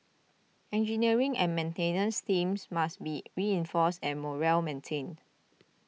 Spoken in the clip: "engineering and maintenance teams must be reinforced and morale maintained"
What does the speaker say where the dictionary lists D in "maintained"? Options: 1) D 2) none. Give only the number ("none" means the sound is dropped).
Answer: 2